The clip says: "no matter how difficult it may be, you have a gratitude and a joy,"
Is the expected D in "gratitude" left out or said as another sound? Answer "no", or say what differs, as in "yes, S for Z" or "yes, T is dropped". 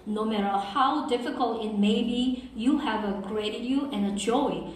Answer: yes, D is dropped